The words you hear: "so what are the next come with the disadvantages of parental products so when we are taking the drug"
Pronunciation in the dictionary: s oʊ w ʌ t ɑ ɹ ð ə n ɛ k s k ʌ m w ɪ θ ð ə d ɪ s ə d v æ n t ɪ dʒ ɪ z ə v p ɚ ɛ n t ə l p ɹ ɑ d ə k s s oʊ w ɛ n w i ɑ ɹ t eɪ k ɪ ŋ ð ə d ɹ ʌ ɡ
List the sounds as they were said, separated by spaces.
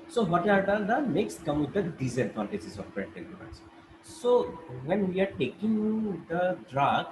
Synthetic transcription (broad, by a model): s oʊ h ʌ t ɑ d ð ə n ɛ k s k ʌ m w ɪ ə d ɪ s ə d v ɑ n t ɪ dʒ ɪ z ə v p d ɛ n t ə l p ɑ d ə s s oʊ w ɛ n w i ɑ ɹ t eɪ k ɪ ŋ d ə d ɹ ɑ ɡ